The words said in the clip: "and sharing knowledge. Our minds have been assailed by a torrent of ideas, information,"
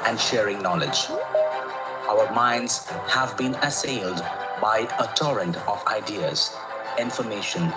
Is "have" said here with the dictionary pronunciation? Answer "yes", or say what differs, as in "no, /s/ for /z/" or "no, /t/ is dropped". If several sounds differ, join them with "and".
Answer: yes